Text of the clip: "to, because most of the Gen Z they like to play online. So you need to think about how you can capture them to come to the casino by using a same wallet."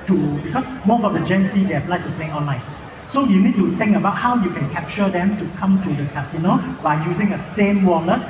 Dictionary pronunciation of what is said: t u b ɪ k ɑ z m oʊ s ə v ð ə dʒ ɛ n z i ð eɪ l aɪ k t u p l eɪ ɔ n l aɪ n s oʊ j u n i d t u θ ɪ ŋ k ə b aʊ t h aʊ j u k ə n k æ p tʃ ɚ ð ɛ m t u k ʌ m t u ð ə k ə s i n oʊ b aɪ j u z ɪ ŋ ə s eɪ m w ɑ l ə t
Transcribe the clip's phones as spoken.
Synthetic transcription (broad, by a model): t u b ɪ k ɑ s m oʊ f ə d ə dʒ ɛ n s i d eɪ l aɪ t u p l eɪ ɔ n l aɪ n s oʊ j u n i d t u t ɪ ŋ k ə b aʊ t h aʊ j u k ə n k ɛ p tʃ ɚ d ɛ m t u k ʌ m t u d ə k ə s i n oʊ b aɪ j u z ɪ ŋ ə s eɪ m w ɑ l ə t